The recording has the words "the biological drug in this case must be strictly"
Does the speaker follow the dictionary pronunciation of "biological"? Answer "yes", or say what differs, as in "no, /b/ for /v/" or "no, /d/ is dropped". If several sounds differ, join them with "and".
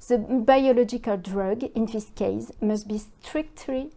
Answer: yes